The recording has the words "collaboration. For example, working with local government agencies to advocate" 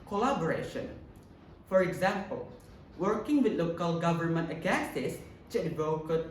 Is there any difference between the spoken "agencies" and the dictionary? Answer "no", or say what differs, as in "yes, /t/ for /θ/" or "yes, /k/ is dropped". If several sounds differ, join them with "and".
yes, /s/ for /z/